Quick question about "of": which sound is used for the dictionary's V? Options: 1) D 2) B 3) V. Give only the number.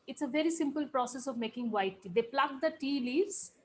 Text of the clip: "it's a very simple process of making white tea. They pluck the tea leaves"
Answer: 3